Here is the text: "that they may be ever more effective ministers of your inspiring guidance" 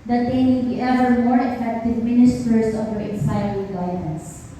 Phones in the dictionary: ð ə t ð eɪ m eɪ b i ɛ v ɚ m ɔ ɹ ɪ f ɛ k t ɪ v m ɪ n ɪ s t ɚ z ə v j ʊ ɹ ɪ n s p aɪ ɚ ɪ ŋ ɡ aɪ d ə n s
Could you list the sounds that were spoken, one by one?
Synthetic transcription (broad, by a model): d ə t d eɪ m eɪ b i ɛ v ɚ m ɔ ɹ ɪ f ɛ k t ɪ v m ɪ n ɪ s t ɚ s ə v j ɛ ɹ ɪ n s aɪ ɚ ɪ ɡ aɪ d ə n s